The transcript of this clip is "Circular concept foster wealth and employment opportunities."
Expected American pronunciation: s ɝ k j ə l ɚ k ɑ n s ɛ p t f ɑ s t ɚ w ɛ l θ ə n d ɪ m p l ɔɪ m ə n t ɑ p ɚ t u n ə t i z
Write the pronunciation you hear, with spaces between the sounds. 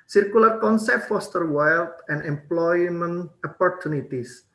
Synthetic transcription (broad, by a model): s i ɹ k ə l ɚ k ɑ n s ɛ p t f ɑ s t ɚ w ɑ l t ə n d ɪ m p l ɔɪ m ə n ɑ p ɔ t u n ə t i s